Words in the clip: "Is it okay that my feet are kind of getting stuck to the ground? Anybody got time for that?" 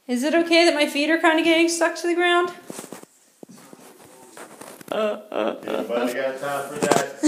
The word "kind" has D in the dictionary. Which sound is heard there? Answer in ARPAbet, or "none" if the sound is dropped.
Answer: D